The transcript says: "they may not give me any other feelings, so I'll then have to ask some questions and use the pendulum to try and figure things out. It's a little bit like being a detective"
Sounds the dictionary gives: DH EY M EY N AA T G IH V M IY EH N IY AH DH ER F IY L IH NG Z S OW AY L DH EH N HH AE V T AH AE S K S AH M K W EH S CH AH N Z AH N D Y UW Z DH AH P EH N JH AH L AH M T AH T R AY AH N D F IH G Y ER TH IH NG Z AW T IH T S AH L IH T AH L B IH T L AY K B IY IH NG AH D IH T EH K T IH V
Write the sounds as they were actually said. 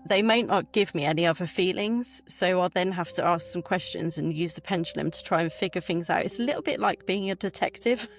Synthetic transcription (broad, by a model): DH EY M EY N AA T G IH V M IY EH N IY AH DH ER F IY L IH NG Z S OW AY L DH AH N HH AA F T AH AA S K S AH M K W EH S CH AH N Z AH N Y UW Z DH AH P EH N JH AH L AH M T AH T R AY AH N F IH G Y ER TH IH NG Z AW T IH T S AH L IH T L B IH T L AY K B IY IH NG AH D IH T EH K T IH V